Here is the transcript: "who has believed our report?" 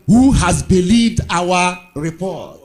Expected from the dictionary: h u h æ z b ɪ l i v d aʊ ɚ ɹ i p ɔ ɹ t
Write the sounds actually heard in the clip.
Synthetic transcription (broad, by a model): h u h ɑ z b ɪ l i v d aʊ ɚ ɹ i p ɔ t